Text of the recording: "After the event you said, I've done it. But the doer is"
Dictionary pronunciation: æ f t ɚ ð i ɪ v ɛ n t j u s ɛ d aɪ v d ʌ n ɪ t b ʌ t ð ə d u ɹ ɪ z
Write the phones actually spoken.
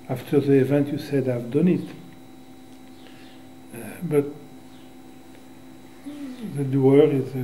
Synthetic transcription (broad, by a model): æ f t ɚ ð i ɪ v ɛ n t j u s ɛ d aɪ v d ʌ n ɪ t b ʌ t ð ə d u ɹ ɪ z